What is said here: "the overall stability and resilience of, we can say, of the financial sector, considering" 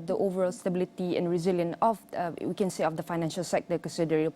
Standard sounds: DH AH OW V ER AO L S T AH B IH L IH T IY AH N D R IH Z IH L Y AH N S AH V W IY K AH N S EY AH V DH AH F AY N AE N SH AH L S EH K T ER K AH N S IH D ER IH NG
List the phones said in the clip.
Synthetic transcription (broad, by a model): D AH OW V ER AO L S T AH B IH L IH T IY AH N R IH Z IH L Y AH N AH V W IY K AH N S EY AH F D AH F AY N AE N SH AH L S EH K T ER K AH N S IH D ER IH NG